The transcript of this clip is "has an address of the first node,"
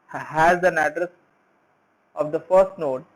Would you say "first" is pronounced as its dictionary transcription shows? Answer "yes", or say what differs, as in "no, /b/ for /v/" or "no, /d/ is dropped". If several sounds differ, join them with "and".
yes